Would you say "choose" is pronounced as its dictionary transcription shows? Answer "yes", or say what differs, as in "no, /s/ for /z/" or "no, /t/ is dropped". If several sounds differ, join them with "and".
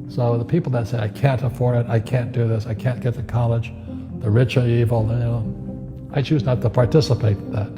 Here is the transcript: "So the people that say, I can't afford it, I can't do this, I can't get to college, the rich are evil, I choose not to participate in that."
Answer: yes